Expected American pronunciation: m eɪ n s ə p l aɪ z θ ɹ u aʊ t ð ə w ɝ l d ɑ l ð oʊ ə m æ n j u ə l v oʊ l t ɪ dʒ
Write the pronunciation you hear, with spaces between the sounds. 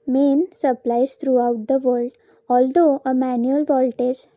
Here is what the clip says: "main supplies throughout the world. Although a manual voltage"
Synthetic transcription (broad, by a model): m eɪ n s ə p l aɪ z t ɹ u aʊ t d ə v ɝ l d ɑ l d oʊ ə m æ n j u ə l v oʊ l t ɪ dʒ